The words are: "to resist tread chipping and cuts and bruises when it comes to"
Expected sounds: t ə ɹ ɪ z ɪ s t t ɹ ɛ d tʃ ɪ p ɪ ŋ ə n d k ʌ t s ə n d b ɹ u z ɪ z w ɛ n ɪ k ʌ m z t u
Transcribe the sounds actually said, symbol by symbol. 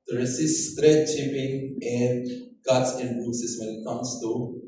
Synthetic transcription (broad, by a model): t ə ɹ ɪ s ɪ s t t ɹ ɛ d tʃ ɪ p ɪ ŋ ə n d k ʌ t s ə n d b u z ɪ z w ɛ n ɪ k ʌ m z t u